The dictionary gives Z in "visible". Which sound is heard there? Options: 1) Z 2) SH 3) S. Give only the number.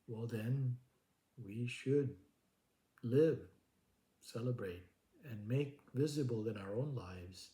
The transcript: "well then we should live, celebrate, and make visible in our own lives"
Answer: 1